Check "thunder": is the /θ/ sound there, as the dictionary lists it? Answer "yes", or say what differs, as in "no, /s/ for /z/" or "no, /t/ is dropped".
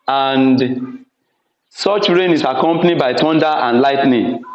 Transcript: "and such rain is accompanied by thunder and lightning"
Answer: no, /t/ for /θ/